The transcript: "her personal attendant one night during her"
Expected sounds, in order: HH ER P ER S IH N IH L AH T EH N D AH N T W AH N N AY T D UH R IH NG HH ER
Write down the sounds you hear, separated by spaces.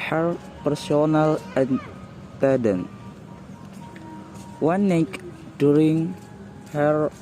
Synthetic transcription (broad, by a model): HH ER P ER S IH N IH L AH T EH D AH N W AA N N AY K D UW R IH NG HH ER